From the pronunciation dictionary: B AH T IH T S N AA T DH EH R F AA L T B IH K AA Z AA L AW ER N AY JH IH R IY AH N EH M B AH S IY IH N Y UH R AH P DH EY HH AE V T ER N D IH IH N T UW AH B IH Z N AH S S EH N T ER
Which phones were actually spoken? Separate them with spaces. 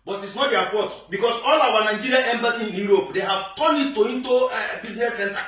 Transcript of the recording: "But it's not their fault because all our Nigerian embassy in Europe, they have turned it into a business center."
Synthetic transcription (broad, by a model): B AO T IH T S N AA T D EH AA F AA T B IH K AA S AA L AW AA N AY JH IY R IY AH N EH M B AH S IY IH N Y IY R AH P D EY HH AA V T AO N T IH IH N T UW AH B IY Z N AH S S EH N T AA